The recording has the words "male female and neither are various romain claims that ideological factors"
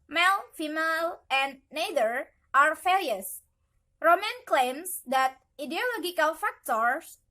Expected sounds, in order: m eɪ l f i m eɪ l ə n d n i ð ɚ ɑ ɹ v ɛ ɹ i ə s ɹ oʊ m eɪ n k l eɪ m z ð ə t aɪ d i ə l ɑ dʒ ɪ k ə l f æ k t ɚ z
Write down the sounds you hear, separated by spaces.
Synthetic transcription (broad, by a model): m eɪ l f i m eɪ l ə n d n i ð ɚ ɑ ɹ f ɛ l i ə s ɹ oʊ m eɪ n k l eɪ m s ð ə t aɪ d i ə l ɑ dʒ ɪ k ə l f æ k t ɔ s